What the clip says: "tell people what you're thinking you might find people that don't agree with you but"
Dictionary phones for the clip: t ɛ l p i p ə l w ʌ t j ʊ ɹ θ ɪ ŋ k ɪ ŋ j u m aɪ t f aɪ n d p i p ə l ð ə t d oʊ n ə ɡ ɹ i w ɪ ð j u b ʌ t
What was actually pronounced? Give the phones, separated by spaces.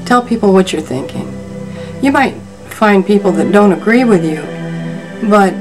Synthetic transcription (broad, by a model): t ɛ l p i p l w ʌ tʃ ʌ ɹ θ ɪ ŋ k ɪ ŋ j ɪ m aɪ t f aɪ n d p i p l ð ə t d oʊ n ə ɡ ɹ i w ɪ ð j u b ʌ t